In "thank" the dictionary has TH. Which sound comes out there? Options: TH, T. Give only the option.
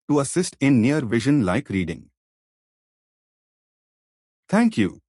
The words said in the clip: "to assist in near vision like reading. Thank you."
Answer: T